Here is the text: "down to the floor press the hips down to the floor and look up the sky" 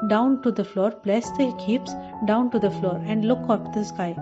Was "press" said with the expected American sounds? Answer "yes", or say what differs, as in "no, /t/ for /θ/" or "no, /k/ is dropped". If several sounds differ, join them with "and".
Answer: no, /l/ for /ɹ/